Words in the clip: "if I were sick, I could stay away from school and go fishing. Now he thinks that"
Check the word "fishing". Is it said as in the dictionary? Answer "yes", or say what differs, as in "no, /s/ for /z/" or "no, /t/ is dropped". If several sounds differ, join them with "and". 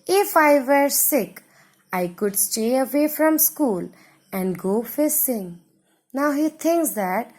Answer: no, /s/ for /ʃ/